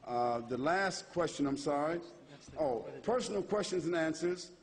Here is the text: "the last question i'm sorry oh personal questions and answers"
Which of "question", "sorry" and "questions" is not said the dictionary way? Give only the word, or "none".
none